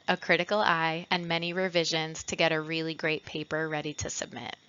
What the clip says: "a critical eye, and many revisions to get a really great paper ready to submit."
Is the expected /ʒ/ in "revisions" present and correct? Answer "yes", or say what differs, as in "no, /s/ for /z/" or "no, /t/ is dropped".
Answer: yes